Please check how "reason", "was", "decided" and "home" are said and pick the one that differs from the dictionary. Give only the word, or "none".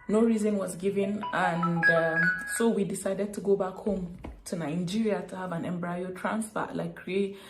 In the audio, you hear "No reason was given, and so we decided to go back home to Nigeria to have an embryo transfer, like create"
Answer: none